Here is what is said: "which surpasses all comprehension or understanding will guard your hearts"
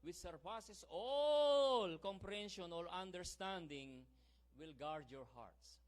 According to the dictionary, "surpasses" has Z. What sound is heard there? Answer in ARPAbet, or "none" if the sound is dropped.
S